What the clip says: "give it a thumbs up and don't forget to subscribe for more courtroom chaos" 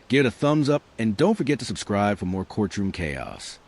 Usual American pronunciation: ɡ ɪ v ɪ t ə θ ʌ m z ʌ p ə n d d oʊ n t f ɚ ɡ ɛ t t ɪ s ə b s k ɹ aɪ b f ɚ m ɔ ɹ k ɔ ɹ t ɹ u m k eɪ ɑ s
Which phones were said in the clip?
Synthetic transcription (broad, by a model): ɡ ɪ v ɪ t ə θ ʌ m z ʌ p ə n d d oʊ n t f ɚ ɡ ɛ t t ɪ s ə b s k ɹ aɪ b f ɚ m ɔ ɹ k ɔ ɹ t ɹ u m k eɪ ɑ s